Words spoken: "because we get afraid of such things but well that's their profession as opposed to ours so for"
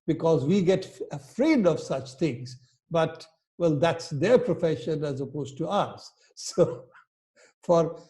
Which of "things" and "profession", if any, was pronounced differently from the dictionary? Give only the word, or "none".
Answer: things